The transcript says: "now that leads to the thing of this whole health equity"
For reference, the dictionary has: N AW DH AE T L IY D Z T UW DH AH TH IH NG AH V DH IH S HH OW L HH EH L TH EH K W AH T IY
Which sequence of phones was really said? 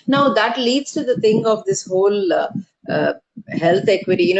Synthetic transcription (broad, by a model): N AW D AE T L IY D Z T UW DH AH T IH NG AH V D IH S HH OW L HH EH L T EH K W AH T IY